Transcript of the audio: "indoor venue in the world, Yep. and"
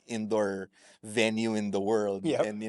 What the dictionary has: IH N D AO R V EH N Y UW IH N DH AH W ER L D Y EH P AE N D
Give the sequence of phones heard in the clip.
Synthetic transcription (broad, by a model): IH N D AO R V EH N Y UW IH N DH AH W ER L D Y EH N